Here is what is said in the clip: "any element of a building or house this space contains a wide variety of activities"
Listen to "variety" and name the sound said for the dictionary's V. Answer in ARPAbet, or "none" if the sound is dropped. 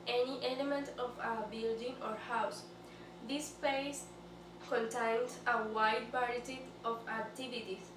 P